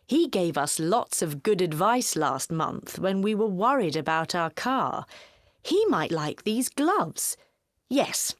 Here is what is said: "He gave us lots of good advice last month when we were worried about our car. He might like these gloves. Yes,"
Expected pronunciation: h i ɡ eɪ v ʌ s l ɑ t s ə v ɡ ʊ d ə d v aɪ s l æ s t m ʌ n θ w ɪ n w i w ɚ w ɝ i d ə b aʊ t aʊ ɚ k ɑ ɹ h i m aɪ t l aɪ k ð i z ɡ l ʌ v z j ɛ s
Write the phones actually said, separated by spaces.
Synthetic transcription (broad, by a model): h i ɡ eɪ v ʌ s l ɑ t s ə v ɡ ʊ d ə d v aɪ s l æ s t m ʌ n θ w ɪ n w i w ɚ w ɝ i d ə b aʊ t aʊ ɚ k ɑ ɹ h i m aɪ t l aɪ k ð i z ɡ l ʌ v z j ɛ s